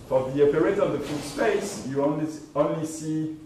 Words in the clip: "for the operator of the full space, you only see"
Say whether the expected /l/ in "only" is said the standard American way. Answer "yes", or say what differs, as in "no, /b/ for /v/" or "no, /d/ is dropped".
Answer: yes